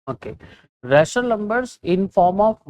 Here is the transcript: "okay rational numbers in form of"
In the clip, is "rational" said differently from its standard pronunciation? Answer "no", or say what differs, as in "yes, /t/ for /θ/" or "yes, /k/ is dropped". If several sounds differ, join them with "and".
yes, /n/ is dropped